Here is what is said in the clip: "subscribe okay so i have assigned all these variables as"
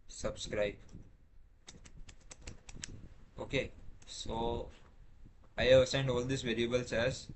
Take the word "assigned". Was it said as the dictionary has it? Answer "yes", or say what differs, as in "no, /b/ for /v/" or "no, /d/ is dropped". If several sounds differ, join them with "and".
yes